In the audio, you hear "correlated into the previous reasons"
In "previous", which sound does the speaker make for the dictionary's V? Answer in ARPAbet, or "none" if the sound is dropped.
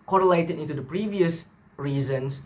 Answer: V